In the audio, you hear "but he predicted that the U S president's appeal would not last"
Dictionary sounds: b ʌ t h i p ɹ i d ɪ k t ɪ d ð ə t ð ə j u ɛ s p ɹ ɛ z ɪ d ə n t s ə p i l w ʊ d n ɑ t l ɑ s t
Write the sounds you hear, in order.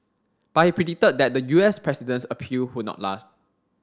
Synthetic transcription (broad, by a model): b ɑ t h i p ɹ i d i t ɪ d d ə t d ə j u ɛ s p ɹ ɛ s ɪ d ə n s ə p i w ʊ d n ɑ t l ɑ s t